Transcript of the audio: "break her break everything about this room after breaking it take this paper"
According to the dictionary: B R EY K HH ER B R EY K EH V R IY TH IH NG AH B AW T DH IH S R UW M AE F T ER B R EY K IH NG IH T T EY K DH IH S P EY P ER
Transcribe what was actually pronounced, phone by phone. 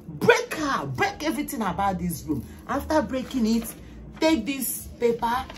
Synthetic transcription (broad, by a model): B R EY K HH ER B R EY K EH V R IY T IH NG AH B AW T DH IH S R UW M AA F T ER B R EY K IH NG IH T T EY K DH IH S P EY P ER